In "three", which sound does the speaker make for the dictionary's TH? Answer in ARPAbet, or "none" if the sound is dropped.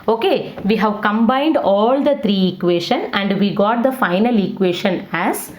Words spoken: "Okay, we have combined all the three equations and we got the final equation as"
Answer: T